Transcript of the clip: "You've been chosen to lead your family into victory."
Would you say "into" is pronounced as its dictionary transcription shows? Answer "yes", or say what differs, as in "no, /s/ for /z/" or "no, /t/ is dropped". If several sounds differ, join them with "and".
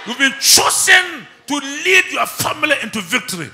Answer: yes